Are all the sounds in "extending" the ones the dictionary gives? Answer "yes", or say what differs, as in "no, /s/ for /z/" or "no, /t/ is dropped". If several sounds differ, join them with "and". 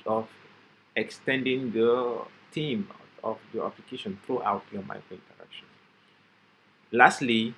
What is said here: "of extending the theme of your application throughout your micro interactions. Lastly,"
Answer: yes